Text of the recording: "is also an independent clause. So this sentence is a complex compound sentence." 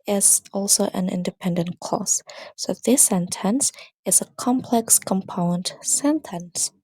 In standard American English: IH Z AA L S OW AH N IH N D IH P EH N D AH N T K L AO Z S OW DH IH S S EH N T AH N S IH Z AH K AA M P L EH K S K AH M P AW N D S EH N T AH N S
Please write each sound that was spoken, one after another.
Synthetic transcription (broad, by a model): IH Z AA L S OW AH N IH N D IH P EH N D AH N K AO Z S OW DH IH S S EH N T AH N S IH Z AH K AA M P L EH K S K AH M P AW N D S EH N T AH N S